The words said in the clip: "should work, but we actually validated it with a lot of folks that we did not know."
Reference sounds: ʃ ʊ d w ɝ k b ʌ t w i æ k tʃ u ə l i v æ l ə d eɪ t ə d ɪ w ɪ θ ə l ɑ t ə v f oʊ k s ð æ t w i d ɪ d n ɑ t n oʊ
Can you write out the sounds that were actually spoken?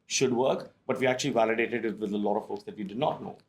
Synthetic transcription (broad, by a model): ʃ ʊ d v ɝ k b ʌ t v i æ k tʃ u ə l i v æ l ə d eɪ t ə d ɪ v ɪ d ə l ɑ t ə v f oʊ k s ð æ t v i d ɪ d n ɑ t n oʊ